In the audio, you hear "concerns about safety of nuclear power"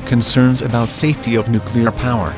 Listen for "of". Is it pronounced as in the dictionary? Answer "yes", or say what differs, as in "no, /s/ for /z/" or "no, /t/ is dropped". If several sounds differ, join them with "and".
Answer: yes